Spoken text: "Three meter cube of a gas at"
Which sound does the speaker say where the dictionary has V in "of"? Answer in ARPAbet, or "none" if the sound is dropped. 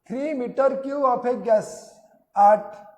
P